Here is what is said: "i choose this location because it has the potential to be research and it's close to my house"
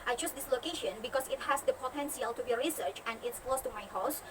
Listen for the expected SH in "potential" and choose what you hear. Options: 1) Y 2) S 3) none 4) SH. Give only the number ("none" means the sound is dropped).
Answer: 2